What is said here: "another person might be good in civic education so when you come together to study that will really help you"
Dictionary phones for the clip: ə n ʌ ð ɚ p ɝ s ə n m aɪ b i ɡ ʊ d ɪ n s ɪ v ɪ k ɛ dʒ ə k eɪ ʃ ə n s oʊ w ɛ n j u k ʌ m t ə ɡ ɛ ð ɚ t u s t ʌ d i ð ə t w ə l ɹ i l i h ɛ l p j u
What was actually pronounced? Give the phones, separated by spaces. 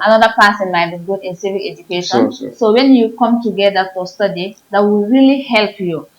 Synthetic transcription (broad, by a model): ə n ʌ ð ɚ p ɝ s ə n m aɪ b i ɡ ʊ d ɪ n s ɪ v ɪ ɛ dʒ ə k eɪ ʃ ə n s oʊ w ɛ n j u k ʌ m t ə ɡ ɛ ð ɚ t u s t ʌ d i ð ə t w ə l ɹ i l i h ɛ l p j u